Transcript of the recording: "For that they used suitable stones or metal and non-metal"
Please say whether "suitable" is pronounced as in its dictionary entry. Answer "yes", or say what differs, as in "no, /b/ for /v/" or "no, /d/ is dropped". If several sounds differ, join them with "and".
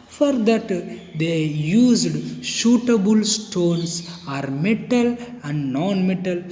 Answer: no, /ʃ/ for /s/